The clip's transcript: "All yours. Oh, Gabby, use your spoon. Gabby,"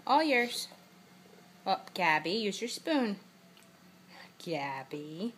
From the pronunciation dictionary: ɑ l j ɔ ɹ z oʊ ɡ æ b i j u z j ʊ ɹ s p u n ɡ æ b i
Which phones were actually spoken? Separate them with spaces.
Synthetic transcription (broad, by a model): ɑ l j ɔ ɹ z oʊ ɡ æ b i j u z j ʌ ɹ s p u n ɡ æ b i